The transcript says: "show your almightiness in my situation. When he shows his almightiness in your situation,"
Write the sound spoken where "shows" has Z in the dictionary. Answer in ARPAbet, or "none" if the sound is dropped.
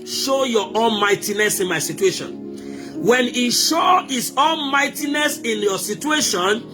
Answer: none